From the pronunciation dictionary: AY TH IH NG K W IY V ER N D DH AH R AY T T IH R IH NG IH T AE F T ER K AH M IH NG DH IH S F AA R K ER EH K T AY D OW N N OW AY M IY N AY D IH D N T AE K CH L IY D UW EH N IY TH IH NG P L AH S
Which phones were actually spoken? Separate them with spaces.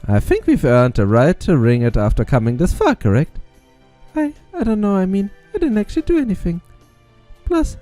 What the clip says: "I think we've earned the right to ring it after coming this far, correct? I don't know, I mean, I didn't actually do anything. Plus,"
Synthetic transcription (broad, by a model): AY TH IH NG K W IY V ER N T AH R AY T T IH R IH NG IH T AE F T ER K AH M IH NG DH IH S F AA R K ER EH K T AY D OW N N OW AY M IY N AY D IH D N T AE K CH L IY D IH EH N IY TH IH NG P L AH S